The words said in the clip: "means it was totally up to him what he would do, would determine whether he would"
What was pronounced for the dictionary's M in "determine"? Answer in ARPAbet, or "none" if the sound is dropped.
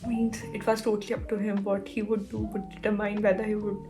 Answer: none